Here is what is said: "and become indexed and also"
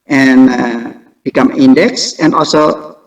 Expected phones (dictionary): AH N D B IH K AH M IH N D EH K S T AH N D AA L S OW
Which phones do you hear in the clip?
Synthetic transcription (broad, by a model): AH N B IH K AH M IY N D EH K S AH N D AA L S OW